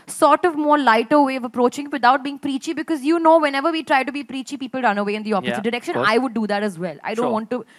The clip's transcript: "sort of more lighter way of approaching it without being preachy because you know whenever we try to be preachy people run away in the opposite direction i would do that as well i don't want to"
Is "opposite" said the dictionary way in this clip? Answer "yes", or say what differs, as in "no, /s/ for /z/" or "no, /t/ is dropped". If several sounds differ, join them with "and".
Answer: no, /f/ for /p/ and /s/ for /z/